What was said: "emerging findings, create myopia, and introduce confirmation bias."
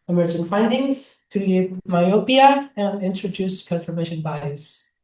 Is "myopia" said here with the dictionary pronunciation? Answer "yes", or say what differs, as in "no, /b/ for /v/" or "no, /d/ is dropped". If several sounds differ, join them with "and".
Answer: yes